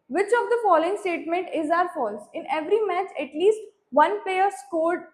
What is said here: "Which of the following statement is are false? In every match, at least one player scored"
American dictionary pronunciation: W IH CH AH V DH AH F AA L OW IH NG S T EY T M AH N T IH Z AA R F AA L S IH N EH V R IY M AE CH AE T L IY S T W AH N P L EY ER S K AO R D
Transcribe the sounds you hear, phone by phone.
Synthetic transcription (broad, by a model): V IH CH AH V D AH F AA L OW IH NG S T EY T M AH N T IH Z AA R F AA L S IH N EH V R IY M AE CH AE T L IY S T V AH N P EY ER S K AO R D